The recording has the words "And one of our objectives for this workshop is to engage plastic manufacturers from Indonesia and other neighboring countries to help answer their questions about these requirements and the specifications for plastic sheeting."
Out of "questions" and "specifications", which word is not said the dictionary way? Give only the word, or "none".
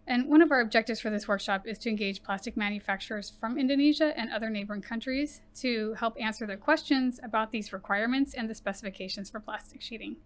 none